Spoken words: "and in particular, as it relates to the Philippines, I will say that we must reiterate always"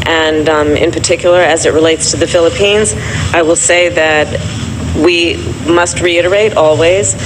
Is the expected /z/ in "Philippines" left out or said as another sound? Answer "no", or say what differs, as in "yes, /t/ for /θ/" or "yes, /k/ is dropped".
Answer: no